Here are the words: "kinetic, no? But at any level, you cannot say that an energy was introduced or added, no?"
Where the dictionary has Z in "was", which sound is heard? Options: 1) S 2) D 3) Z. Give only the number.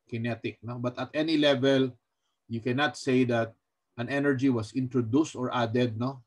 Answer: 1